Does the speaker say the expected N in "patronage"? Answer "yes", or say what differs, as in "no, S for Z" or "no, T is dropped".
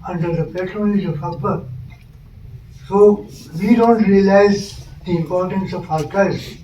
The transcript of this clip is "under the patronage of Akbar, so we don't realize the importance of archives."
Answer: no, L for N